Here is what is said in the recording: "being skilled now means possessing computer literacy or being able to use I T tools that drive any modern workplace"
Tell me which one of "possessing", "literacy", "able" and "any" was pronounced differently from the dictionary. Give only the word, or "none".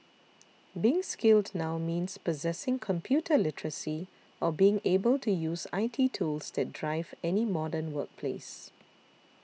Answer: none